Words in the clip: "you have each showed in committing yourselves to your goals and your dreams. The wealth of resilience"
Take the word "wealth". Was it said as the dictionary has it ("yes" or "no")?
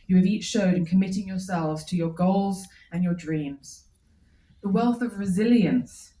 yes